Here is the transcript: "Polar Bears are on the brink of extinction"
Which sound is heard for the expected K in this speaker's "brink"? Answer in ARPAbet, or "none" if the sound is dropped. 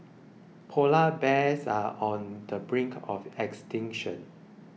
K